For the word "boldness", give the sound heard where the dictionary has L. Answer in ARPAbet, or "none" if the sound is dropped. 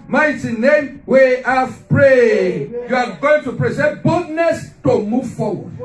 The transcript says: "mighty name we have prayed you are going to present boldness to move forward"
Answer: none